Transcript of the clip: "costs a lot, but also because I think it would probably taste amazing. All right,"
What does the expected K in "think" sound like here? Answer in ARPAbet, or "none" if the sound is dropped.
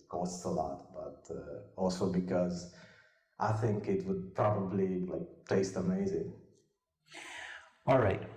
K